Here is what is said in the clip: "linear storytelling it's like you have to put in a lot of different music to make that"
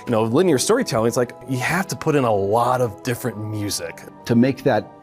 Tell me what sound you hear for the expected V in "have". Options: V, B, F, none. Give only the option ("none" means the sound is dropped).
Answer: F